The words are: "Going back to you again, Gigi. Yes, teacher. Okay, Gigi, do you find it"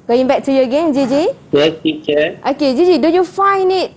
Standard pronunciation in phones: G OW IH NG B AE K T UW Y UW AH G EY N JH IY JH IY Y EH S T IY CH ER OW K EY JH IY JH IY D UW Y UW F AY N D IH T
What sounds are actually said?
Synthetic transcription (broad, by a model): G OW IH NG B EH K T UW Y UW AH G EY N JH IY JH IY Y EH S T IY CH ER OW K EY JH IY JH IY D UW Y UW F AY N IH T